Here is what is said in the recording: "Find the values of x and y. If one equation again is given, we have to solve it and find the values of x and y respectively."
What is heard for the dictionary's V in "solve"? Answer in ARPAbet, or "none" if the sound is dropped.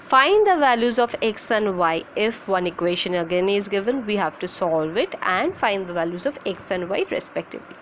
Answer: V